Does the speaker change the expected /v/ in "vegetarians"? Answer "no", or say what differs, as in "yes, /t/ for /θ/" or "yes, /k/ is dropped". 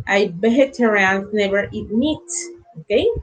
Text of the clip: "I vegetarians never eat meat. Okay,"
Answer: yes, /b/ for /v/